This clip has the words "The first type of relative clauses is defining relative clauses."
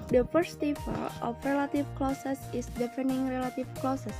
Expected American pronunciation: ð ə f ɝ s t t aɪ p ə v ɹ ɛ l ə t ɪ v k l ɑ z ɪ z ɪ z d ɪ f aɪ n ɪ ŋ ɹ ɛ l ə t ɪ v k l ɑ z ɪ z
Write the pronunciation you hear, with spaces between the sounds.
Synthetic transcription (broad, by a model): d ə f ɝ s t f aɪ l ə f ɹ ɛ l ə t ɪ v k l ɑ s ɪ s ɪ s d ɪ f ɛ n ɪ ŋ ɹ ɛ l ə t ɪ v k l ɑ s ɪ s